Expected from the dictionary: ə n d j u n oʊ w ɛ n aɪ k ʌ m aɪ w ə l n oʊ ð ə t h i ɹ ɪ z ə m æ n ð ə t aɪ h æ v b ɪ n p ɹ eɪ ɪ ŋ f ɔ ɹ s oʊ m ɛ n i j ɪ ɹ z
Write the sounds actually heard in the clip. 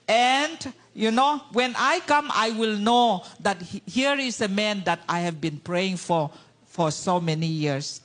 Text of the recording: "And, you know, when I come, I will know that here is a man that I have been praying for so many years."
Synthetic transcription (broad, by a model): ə n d j u n oʊ w ɛ n aɪ k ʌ m aɪ w ə l n oʊ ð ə t h i ɹ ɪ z ə m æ n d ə t aɪ h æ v b ɪ n p ɹ eɪ ɪ ŋ f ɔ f s oʊ m ɛ n i j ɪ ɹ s